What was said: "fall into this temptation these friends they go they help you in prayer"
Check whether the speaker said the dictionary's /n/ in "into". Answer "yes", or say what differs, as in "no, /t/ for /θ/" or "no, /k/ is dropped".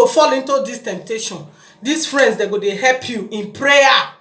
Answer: yes